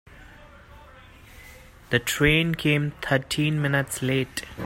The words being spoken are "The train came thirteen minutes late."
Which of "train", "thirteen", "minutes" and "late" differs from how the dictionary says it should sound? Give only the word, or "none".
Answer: thirteen